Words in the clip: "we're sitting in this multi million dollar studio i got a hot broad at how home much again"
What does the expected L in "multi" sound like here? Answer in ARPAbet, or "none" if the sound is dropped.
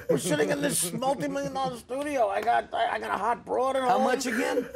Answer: L